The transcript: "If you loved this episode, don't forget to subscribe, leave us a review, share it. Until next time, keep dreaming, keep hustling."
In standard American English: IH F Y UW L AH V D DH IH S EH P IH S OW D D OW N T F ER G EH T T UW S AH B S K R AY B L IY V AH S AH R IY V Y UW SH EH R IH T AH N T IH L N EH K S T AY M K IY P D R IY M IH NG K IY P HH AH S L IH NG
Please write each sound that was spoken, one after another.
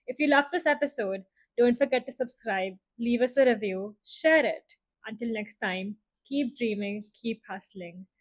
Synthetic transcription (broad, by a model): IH F Y UW L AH F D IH S EH P IH S OW D D OW N T F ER G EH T T UW S AH B S K R AY B L IY V AH S AH R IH V Y UW SH EH R IH T AH N T IH L N EH K S T AY M K IY P D R IY M IH NG K IY P HH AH S L IH NG